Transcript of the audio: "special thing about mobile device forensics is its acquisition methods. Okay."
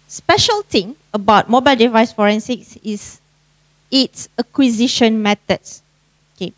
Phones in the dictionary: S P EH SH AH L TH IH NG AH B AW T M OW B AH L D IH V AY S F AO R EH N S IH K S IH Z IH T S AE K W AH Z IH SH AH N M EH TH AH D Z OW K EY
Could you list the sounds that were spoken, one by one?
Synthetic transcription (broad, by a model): S P EH SH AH L T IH NG AH B AW T M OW B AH L D IH V AY S F AO R EH N S IH K S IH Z IH T S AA K W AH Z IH SH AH N M EH T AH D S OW K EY